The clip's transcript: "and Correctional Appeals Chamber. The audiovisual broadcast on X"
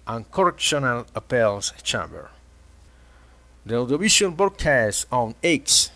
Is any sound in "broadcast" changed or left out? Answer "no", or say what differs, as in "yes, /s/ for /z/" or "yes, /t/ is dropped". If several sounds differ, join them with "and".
yes, /ɹ/ is dropped